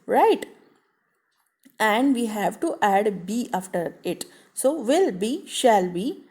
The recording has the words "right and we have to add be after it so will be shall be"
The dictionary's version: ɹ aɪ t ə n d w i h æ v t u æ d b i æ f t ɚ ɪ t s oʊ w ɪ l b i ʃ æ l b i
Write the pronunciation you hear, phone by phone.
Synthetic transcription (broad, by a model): ɹ aɪ t ə n d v i h æ v t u æ d b i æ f t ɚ ɪ t s oʊ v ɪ l b i ʃ æ l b i